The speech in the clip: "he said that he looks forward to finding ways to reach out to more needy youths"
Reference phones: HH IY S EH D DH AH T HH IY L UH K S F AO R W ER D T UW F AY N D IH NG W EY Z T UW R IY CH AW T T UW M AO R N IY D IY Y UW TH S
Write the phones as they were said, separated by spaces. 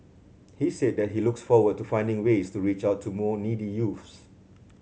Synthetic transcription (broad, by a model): HH IY S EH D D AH T HH IY L UH K S F AO W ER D T UW F AY N D IH NG W EY S T UW R IY CH AW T T UW M AO N IY D IY Y UW F S